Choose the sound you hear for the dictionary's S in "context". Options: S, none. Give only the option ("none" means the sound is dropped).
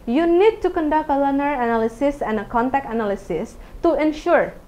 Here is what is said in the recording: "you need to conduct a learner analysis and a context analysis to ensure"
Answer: none